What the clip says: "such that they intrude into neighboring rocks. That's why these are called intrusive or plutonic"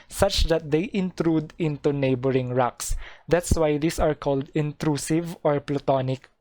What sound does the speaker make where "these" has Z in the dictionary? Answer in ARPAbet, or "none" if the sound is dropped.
S